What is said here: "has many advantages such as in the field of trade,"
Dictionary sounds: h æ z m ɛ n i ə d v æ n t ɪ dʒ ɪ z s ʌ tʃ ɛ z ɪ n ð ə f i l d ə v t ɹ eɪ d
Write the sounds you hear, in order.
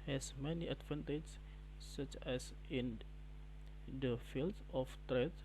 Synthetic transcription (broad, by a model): h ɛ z m ɛ n i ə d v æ n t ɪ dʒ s s ʌ tʃ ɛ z ɪ n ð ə f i l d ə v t ɹ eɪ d